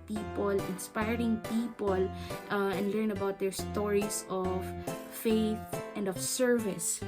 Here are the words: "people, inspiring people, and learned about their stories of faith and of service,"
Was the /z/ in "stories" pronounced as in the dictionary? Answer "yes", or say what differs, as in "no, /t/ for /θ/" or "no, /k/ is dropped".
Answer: no, /s/ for /z/